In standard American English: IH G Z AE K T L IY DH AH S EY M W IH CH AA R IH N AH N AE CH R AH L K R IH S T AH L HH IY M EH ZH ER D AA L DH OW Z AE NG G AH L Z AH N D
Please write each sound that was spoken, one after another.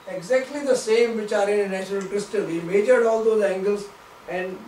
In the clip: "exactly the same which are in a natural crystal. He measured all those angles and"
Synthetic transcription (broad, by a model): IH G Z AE K T L IY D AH S EY M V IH CH AA R IH N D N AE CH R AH L K R IH S T AH L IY M EH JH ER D AA L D OW Z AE NG G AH L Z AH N D